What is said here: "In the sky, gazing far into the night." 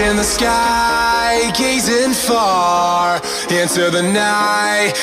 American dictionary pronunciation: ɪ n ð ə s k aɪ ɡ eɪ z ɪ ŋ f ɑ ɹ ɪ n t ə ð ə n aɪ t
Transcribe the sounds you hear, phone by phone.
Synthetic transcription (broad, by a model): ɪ n ð ə s k aɪ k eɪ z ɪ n f ɑ ɹ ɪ n s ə ð ə n aɪ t